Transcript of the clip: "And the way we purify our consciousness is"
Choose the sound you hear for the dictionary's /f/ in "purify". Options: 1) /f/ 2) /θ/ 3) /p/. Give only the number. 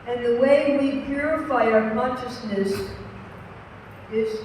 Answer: 1